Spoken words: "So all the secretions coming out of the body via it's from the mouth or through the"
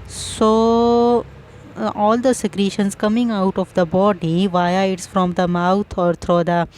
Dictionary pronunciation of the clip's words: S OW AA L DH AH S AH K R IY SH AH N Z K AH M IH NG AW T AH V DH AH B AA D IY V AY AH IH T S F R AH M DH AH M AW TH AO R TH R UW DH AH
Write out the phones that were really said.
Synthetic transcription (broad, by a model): S OW AA L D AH S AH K R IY SH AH N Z K AH M IH NG AW T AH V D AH B AA D IY V AY AH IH T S F R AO M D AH M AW T AO R T R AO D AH